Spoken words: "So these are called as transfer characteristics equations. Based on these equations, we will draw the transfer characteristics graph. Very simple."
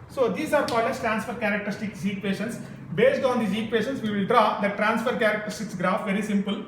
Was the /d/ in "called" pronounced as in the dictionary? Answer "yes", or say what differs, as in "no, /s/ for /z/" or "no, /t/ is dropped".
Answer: no, /d/ is dropped